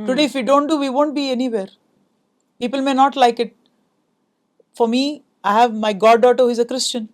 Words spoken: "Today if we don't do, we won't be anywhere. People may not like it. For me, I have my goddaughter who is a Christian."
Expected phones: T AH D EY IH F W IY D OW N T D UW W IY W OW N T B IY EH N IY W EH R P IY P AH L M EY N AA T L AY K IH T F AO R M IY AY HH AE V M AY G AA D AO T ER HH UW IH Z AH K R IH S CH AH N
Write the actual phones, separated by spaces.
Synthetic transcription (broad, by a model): T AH D EY IH F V IY D OW N T D UW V IY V OW N T B IY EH N IY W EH R P IY P AH L M EY N AA T L AY K IH T F AO R M IY AY HH AE V M AY G AA D AO T ER HH UW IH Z AH K R IH S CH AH N